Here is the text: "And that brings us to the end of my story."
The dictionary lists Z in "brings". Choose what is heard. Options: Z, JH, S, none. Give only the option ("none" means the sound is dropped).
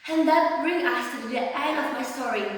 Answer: none